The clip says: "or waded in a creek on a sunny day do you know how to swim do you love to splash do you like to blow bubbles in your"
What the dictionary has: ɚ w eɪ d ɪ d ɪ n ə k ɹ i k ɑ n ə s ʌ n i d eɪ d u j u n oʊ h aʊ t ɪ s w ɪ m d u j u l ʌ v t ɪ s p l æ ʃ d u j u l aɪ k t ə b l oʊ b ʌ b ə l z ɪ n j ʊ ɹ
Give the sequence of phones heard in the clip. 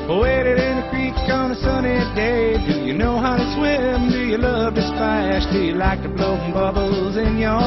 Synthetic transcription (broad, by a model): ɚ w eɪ d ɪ d ɪ n ə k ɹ i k ɑ n ə s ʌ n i d eɪ d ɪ j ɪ n oʊ h aʊ t ɪ s w ɪ m d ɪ j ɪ l ʌ v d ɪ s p æ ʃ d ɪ j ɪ l aɪ k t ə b l oʊ b ʌ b l z ɪ n j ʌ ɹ